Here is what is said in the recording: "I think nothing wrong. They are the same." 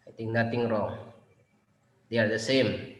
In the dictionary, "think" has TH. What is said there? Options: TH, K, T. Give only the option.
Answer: T